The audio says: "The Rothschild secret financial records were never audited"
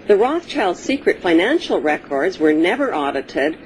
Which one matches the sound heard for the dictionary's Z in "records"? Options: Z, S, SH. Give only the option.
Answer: Z